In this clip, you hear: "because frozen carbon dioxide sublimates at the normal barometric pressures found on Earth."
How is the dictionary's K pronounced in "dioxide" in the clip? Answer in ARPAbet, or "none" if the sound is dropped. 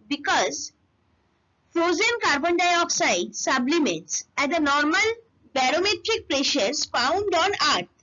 K